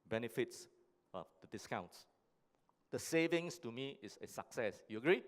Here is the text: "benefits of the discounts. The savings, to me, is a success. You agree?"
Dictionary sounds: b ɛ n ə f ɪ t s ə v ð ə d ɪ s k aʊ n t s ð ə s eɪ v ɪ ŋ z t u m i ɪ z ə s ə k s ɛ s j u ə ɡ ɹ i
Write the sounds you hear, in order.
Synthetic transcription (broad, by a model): b ɛ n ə f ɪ t s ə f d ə d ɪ s k aʊ n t s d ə s eɪ v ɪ ŋ s t u m i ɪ s ə s ə k s ɛ s j u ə ɡ ɹ i